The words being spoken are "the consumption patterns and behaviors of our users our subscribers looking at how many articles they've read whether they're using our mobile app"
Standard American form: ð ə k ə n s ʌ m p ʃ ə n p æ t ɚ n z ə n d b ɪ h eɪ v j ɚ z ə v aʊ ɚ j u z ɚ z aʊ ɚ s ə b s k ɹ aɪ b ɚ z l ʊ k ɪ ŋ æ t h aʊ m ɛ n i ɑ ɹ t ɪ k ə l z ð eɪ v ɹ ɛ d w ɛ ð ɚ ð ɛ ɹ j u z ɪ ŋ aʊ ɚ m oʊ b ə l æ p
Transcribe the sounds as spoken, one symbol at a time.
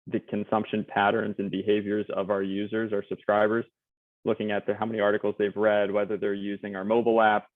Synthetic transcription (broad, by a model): ð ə k ə n s ʌ m p ʃ ə n p æ t ɚ n z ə n b ɪ h eɪ v j ɚ z ə v aʊ ɚ j u z ɚ z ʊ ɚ s ə b s k ɹ aɪ b ɚ z l ʊ k ɪ ŋ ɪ t h aʊ m ɛ n i ɑ ɹ t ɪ k l z ð eɪ v ɹ ɛ d w ɛ ð ɚ ð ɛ ɹ j u z ɪ ŋ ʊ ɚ m oʊ b l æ p